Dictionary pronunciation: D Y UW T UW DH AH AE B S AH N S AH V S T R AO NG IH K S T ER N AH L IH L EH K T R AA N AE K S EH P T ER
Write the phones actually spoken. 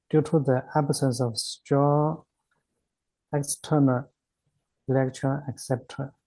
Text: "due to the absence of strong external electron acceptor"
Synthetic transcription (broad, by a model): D Y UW T UW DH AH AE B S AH N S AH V S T AO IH K S T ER N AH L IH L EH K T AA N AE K S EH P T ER